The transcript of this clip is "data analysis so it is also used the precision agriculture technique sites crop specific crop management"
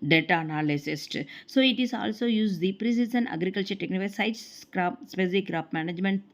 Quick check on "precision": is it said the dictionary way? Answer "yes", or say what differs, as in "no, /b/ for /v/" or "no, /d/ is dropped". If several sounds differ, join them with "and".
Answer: no, /s/ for /ʒ/